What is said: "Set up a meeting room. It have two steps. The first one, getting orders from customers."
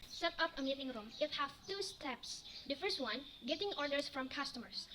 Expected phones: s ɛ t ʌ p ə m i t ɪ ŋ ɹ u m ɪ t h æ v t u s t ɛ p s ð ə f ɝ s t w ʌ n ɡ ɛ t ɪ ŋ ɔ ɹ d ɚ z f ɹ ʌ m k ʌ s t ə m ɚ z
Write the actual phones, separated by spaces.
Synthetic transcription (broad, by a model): s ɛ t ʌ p ə m i t ɪ ŋ ɹ u m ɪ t h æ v t u s t ɛ p s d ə f ɝ s t w ʌ n ɡ ɛ t ɪ ŋ ɔ ɹ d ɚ s f ɹ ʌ m k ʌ s t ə m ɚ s